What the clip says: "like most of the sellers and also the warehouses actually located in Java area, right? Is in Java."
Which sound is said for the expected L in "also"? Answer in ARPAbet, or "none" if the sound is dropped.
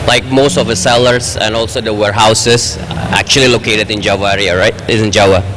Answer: L